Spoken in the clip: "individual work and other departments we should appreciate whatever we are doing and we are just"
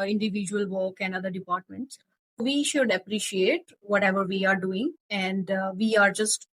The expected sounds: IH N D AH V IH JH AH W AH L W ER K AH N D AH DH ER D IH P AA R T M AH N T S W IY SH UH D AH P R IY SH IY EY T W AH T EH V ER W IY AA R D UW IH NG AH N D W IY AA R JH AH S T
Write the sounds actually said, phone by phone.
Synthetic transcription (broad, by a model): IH N D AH V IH JH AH AH L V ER K AH N D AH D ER D IH P AA R T M AH N T S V IY SH UH D AH P R IY SH IY EY T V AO T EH V ER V IY AA R D UW IH NG AH N D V IY AA R JH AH S T